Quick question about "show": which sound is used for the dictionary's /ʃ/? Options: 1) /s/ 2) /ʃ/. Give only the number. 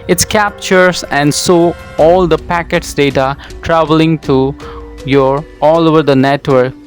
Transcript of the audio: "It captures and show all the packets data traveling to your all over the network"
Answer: 1